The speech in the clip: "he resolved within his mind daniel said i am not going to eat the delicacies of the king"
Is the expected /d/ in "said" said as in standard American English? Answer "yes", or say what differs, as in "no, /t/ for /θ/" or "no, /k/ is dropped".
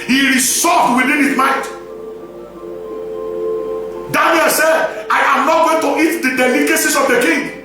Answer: yes